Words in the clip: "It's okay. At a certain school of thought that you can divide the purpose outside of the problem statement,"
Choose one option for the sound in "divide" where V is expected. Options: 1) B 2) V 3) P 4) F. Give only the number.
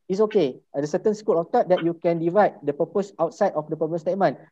2